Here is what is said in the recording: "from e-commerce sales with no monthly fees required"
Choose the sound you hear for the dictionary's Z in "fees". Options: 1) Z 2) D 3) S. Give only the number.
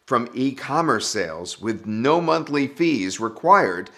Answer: 1